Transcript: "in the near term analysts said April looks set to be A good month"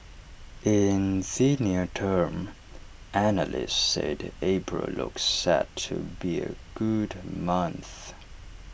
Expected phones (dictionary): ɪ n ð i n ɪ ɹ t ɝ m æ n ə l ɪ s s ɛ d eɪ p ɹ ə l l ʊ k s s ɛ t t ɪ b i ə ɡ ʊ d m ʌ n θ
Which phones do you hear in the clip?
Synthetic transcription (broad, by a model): ɪ n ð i n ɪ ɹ t ɝ m æ n ə l ɪ s s ɛ d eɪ b ɹ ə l l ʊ k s s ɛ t t ɪ b i ə ɡ ʊ d m ʌ n θ